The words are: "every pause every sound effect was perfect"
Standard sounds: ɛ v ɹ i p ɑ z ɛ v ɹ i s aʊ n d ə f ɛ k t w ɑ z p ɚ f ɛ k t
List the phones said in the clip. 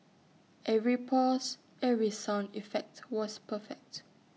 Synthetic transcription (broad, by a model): ɛ v ɹ i p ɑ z ɛ v ɹ i s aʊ n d ə f ɛ k t w ɑ s p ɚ f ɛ k t